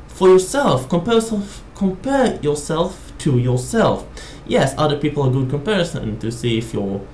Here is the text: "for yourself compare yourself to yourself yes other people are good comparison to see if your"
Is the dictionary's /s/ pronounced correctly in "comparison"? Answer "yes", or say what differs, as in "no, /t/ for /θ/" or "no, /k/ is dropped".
yes